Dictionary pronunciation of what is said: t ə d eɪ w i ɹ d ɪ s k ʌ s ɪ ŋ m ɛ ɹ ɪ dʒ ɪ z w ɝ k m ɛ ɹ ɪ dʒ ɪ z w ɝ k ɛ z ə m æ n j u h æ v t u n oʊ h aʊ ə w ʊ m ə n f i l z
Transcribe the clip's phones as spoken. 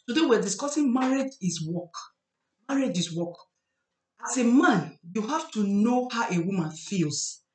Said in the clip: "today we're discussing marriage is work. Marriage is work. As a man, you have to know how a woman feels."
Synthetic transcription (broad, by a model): t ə d eɪ w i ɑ d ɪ s k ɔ s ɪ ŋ m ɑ ɹ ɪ dʒ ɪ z w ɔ k m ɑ ɹ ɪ dʒ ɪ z w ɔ k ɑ s ə m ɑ n j u h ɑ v t u n oʊ h aʊ ə w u m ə n f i l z